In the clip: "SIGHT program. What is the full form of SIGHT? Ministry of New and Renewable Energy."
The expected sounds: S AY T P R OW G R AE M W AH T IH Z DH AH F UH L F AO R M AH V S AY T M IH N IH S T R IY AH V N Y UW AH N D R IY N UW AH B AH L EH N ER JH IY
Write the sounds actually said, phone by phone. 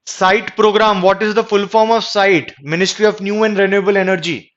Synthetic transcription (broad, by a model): S AY T P R OW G R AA M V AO T IH Z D AH F UH L F AO R M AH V S AY T M IH N IH S T R IY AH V N Y UW AH N D R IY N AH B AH L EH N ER JH IY